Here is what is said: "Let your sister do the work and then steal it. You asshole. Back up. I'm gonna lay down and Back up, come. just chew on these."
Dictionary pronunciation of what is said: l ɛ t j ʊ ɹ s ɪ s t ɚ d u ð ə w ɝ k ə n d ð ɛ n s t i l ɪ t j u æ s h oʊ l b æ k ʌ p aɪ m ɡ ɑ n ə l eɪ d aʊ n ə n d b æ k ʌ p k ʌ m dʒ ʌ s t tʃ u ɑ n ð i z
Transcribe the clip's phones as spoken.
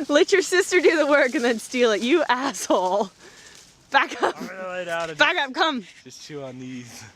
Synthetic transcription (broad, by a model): l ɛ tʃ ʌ ɹ s ɪ s t ɚ d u ð ə w ɝ k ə n ð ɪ n s t i l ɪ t j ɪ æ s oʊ l b æ k ʌ p l eɪ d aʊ ə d b æ k ʌ p k ʌ m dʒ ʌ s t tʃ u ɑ n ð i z